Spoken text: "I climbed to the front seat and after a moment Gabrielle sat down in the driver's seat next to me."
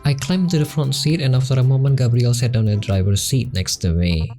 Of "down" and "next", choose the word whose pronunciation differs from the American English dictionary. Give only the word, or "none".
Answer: down